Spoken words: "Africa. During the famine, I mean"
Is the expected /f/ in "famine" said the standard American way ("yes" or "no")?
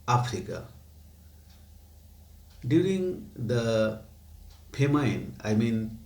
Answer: no